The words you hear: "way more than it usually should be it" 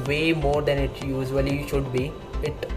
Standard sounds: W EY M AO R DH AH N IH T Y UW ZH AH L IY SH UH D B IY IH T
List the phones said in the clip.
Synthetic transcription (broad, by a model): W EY M AO R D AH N IH T Y UW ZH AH L IY SH UH D B IY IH T